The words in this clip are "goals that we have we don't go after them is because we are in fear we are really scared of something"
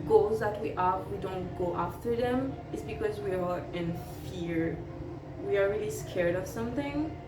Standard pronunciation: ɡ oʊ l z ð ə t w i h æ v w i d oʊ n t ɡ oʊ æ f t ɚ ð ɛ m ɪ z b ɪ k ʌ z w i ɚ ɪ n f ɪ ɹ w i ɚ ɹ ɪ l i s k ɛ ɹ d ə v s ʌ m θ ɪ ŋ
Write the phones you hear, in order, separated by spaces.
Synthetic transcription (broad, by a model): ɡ oʊ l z ð ə t w i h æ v w i d oʊ n t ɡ oʊ æ f t ɚ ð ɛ m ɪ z b ɪ k ʌ z w i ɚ ɪ n f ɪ ɹ w i ɚ ɹ ɪ l i s k ɛ ɹ d ə v s ʌ m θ ɪ ŋ